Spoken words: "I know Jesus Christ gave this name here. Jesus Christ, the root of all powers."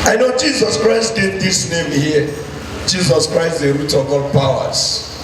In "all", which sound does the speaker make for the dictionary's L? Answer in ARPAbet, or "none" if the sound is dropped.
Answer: L